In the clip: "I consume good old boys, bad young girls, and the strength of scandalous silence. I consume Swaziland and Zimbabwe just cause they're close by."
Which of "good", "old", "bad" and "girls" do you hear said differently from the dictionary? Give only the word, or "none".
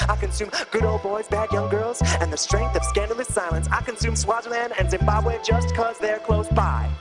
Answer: none